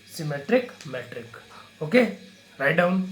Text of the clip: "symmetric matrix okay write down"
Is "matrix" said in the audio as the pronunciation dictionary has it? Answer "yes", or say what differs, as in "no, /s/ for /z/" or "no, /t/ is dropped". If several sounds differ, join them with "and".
no, /s/ is dropped